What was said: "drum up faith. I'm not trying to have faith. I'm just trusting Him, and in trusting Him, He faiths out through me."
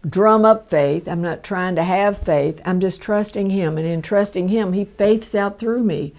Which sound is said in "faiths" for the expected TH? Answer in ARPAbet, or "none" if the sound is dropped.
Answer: TH